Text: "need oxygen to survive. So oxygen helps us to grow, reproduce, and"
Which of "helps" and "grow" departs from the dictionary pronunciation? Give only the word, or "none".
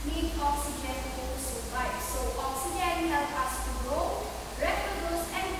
helps